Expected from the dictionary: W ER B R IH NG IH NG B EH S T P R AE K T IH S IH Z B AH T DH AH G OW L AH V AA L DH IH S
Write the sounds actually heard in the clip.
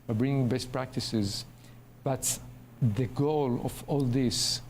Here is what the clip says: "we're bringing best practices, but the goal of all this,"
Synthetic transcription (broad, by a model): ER B R IH NG IH NG B EH S T P R AE K T IH S IH Z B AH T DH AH G OW L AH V AA L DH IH S